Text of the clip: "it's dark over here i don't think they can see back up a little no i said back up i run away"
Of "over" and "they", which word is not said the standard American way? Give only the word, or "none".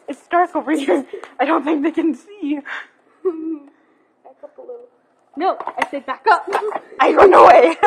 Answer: over